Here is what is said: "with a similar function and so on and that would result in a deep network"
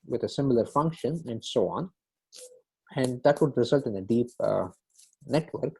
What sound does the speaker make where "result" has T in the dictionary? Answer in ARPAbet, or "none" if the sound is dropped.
T